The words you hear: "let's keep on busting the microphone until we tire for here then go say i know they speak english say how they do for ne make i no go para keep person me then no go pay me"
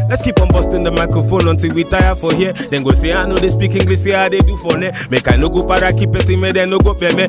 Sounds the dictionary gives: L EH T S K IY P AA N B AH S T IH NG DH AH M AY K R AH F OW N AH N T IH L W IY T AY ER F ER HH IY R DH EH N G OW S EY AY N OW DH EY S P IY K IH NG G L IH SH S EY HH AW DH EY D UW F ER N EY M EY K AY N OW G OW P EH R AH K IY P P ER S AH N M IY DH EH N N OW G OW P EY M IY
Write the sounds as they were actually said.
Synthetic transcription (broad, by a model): L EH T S K IY P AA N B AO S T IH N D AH M AY K R AH F OW N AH N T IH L W IY T AY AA F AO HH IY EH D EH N G OW S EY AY N OW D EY S P IY K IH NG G L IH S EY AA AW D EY D UW F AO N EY M EY K AY N OW G OW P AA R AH K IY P P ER S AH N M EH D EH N N OW G OW B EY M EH